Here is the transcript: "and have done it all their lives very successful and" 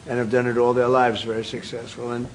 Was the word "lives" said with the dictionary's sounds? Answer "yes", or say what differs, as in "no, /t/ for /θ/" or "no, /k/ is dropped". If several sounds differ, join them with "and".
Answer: yes